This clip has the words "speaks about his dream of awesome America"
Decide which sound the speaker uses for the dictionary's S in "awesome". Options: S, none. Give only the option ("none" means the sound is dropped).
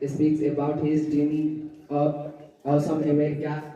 none